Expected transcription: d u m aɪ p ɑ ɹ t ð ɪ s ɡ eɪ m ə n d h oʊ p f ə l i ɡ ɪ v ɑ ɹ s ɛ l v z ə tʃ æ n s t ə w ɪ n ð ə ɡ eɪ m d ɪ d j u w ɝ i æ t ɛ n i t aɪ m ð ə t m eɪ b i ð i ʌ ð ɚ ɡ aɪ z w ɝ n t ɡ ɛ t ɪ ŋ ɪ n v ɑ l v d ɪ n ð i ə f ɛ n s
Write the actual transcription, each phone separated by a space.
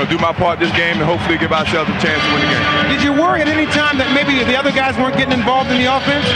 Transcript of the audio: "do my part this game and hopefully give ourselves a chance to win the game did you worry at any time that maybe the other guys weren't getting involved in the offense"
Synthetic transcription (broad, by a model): d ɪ m aɪ p ɑ ɹ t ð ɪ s ɡ eɪ m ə n h oʊ p f l i ɡ ɪ v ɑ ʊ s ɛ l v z ə tʃ æ n s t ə w ɪ n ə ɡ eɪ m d ɪ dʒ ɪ w ɝ i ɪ t ɛ n i t aɪ m ð ə t m eɪ b i ð i ʌ ð ɚ ɡ aɪ z w ɝ n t ɡ ɛ t ɪ ŋ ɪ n v ɑ l v d ɪ n ð i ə f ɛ n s